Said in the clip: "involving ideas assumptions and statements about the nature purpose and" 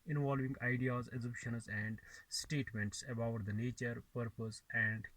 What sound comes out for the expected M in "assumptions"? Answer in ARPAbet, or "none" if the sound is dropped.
none